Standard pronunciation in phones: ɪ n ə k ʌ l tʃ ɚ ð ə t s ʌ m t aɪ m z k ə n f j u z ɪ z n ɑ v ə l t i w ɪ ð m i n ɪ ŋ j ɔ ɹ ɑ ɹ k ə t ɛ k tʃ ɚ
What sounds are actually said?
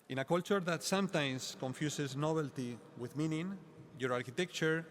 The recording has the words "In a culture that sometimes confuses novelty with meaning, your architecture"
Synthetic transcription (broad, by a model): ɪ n ə k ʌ l tʃ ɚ ð ə t s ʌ m t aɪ m s k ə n f j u s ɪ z n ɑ b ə l t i w ɪ ð m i n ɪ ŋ j ɔ ɹ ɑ ɹ k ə t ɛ k tʃ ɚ